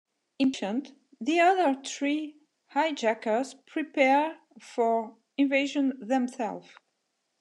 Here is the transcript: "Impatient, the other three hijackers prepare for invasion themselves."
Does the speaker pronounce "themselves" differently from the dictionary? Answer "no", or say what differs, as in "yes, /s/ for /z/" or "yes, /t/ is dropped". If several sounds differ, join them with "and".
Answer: yes, /z/ is dropped